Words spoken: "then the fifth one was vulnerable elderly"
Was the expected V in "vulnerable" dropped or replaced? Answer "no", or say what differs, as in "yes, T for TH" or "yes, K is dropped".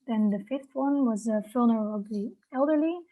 yes, F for V